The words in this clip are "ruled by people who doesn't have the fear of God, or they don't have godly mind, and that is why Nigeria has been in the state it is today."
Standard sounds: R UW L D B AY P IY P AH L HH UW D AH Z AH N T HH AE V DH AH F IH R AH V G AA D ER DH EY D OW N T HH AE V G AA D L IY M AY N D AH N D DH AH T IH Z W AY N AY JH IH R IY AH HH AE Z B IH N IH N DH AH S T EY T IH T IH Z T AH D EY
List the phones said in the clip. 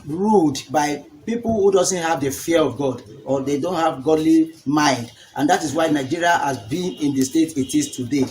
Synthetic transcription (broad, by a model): R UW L D B AY P IY P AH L HH UW D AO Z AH N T HH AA V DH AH F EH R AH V G AA D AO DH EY D OW N T HH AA V G AA D L IY M AY N D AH N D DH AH T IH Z W AY N AY JH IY R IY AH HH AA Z B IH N IH N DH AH S T EY T IH T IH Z T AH D EY